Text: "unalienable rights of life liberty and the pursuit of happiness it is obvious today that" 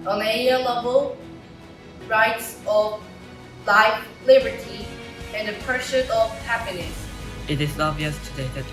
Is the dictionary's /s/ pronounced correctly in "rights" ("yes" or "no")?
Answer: yes